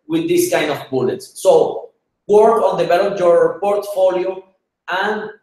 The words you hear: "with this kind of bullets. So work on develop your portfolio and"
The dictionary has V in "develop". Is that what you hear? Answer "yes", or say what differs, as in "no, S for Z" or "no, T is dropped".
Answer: no, B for V